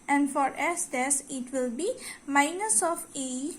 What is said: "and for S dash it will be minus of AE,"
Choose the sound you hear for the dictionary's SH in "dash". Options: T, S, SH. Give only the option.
S